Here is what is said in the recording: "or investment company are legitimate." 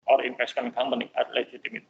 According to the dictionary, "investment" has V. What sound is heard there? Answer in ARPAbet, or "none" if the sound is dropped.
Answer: F